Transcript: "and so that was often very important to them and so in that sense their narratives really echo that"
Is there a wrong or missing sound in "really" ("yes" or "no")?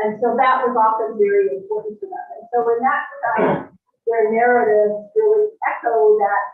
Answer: yes